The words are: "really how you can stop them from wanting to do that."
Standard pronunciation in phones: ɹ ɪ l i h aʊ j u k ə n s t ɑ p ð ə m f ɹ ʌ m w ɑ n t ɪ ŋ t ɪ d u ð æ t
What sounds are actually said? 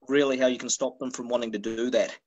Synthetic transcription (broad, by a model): ɹ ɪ l i h aʊ j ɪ k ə n s t ɑ p ð ə m f ɹ ʌ m w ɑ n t ɪ ŋ t ɪ d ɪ ð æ t